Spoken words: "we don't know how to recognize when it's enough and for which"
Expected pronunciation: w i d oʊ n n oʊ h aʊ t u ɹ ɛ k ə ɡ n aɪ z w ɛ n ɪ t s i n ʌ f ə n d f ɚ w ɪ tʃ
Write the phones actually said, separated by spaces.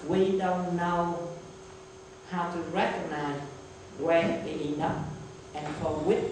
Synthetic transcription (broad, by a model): w i d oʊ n n oʊ h aʊ t u ɹ ɛ k ə ɡ n aɪ z w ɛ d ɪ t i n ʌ p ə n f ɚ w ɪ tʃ